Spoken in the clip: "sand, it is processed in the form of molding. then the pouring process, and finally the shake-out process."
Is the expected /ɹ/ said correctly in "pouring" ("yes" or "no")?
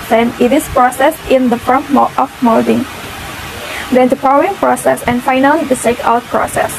no